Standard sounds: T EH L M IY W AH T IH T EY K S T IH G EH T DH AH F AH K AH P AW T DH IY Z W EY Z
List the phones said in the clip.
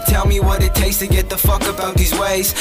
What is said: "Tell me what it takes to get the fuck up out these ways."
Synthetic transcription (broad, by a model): T EH L M IY W AH T IH T EY K S T IH G EH T DH AH F AH K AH B AW T DH IY Z W EY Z